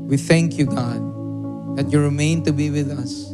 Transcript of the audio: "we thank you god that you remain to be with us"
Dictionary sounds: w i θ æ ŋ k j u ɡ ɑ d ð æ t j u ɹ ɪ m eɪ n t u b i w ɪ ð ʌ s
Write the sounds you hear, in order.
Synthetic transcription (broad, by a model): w i θ æ ŋ k j u ɡ ɑ d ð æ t j u ɹ ɪ m eɪ n t u b i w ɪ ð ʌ s